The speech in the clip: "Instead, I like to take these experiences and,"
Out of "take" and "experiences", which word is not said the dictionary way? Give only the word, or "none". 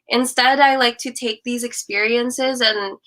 none